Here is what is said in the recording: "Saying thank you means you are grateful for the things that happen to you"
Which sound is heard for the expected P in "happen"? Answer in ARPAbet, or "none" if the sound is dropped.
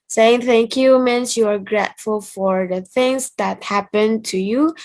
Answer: P